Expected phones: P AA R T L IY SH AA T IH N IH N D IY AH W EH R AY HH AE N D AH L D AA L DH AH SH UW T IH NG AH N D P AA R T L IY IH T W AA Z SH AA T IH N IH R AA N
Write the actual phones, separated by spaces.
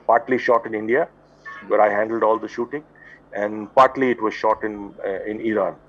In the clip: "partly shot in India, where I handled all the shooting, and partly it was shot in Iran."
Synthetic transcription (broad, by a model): P AA R T L IY SH AA T IH N IH N D IY AH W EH R AY HH AE N D AH L D AA L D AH SH UW T IH NG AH N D P AA R T L IY IH T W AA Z SH AA T IH N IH R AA N